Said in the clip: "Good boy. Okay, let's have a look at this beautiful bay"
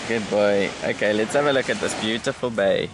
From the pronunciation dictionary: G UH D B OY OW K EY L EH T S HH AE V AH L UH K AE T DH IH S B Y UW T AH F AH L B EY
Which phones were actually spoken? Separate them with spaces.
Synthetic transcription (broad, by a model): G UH D B OY OW K EY L EH T S HH AE V AH L UH K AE T DH IH S B Y UW T AH F AH L B EY